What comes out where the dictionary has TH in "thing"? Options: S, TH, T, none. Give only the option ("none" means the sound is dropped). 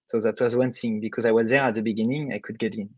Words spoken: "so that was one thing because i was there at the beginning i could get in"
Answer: S